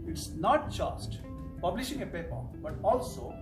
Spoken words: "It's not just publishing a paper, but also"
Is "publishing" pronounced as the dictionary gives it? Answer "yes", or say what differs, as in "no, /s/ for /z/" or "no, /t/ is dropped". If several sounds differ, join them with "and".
yes